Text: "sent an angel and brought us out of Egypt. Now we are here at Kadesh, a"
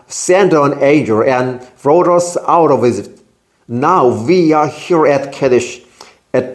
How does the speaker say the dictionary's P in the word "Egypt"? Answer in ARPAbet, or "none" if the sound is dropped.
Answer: none